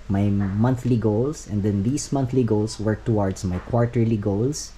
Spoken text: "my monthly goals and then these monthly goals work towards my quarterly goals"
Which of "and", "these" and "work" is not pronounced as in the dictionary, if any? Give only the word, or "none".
these